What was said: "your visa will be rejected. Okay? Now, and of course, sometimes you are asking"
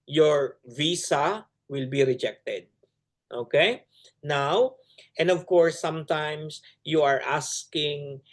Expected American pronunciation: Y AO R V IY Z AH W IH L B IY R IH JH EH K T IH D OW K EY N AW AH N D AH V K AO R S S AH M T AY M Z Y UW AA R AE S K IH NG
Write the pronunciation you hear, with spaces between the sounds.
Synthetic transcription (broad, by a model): Y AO R V IY S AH W IH L B IY R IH JH EH K T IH D OW K EY N AW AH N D AH V K AO R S S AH M T AY M S Y UW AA R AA S K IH NG